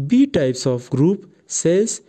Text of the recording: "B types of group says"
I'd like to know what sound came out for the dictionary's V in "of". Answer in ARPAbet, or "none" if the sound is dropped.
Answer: P